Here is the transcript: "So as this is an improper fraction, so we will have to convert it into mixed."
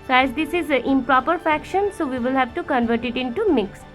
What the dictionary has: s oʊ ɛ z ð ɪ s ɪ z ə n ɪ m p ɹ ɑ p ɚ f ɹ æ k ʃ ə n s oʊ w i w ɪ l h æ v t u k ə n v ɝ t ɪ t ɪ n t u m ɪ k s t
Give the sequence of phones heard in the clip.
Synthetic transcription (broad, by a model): s oʊ ɛ z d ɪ s ɪ z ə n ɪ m p ɹ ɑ p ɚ f æ k ʃ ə n s oʊ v i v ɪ l h æ v t u k ə n v ɝ t ɪ t ɪ n t u m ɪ k s